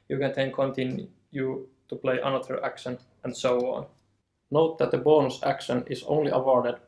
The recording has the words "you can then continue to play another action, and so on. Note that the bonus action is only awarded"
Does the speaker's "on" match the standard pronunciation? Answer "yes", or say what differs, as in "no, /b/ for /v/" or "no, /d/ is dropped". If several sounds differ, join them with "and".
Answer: yes